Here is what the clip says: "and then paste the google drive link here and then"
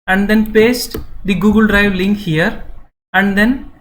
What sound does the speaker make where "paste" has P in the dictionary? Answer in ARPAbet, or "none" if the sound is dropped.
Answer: P